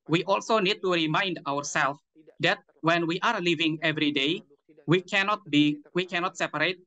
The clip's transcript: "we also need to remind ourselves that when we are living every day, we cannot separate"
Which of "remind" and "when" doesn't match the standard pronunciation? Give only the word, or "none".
none